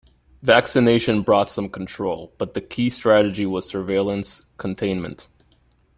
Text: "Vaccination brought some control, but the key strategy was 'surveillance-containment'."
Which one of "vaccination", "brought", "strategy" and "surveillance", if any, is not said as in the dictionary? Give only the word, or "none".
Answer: none